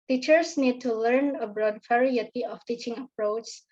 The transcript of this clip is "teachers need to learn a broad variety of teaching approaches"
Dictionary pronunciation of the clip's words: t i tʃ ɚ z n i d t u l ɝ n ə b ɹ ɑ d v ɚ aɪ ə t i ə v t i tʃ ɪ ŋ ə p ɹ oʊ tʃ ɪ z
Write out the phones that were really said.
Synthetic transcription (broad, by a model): t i tʃ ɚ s n i d t u l ɝ n ə b ɹ ɑ d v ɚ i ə t i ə f t i tʃ ɪ ŋ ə p ɹ oʊ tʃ